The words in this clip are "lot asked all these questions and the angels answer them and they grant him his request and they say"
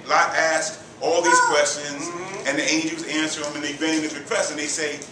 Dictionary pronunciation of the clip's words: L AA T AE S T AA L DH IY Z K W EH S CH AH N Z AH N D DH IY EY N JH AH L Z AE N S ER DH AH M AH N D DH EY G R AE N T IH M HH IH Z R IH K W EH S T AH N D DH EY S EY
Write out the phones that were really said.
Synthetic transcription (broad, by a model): L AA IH AE S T AA L DH IY Z K W EH S CH AH N Z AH N DH IY EY N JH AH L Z AE N S ER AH M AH N DH EY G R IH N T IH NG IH R IH K W EH S T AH N DH EY S EY